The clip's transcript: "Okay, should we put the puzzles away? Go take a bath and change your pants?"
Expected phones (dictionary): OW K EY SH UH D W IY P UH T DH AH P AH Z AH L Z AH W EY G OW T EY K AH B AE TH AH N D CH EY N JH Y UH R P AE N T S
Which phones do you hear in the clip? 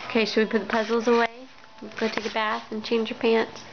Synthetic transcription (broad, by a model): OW K EY S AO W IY P UH T DH AH P AH Z L Z AH W EY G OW T EY K AH B AE TH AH N CH EY N JH Y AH R P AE N T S